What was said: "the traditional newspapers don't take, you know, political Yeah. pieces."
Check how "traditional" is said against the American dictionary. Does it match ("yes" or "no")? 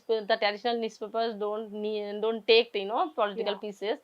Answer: yes